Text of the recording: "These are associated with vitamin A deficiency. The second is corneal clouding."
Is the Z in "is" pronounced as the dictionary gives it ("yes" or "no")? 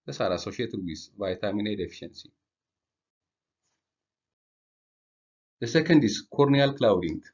no